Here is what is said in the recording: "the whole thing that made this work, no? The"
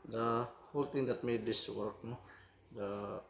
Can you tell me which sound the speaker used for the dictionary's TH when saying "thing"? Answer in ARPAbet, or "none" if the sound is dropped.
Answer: T